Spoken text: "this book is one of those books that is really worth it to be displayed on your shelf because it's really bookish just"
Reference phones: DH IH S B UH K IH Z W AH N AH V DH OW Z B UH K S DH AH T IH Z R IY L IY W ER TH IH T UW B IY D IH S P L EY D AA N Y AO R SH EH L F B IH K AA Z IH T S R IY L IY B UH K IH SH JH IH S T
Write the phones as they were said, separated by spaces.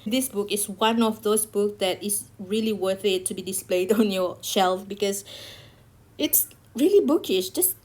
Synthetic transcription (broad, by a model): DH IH S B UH K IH S W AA N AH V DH OW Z B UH K S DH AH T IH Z R IY L IY W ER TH IH T UW B IY D IH S P L EY D AA N Y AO SH EH L F B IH K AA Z IH T S R IY L IY B UH K IH SH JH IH S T